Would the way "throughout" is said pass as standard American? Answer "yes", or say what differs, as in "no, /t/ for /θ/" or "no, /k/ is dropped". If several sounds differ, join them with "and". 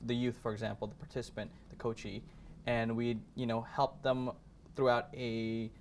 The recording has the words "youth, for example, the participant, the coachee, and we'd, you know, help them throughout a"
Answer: yes